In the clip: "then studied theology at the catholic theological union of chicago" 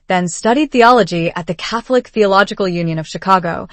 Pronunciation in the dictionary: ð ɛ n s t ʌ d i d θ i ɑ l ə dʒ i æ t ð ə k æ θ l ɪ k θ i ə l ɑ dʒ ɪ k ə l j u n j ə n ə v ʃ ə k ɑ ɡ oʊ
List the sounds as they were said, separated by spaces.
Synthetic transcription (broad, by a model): ð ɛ n s t ʌ d i d θ i ɑ l ə dʒ i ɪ t ð ə k æ θ l ɪ k θ i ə l ɑ dʒ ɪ k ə l j u n j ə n ə v ʃ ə k ɑ ɡ oʊ